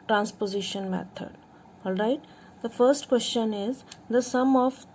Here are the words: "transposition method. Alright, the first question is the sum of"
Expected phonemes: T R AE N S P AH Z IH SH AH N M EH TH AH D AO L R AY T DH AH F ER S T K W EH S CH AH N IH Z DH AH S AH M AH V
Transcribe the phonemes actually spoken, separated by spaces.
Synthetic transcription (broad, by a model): T R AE N S P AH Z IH SH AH N M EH T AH D AO L R AY T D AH F ER S T K W EH S CH AH N IH Z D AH S AH M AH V